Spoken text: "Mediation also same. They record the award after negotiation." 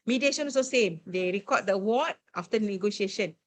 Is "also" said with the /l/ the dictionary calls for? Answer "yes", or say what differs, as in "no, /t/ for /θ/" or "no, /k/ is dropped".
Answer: no, /l/ is dropped